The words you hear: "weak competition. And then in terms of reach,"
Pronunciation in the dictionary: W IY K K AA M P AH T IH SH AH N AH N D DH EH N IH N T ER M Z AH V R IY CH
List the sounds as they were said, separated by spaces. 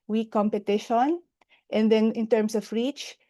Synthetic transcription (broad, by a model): W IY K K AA M P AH T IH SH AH N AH N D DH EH N IH N T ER M S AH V R IY CH